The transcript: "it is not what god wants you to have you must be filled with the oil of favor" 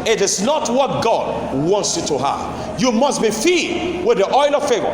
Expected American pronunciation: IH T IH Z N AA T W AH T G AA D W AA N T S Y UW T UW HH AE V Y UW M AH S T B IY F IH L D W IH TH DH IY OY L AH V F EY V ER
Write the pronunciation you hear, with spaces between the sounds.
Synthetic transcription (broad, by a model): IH T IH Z N AA T W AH T G AA D W AA N T S Y UW T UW HH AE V Y UW M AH S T B IY F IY D W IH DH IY OY L AH V F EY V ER